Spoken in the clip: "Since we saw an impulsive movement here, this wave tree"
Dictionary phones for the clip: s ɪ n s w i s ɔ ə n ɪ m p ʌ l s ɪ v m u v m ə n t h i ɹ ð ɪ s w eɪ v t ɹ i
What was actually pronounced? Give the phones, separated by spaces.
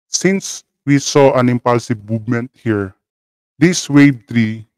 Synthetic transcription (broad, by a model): s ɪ n s w i s ɔ ə n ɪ m p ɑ l s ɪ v m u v m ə n t h i ɹ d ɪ s w eɪ b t ɹ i